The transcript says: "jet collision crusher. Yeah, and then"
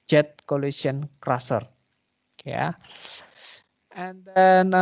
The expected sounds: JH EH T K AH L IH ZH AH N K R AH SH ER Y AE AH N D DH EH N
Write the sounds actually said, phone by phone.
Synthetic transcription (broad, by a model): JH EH T K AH L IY S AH N K R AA S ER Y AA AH N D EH N